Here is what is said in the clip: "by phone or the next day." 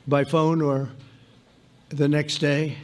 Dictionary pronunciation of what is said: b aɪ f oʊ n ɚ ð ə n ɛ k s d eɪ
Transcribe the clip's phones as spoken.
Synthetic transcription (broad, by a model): b aɪ f oʊ n ɚ ð ə n ɛ k s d eɪ